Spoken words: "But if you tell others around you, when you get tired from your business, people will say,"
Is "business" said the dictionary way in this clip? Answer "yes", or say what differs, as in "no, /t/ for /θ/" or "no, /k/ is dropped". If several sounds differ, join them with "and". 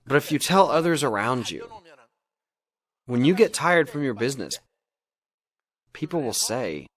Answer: yes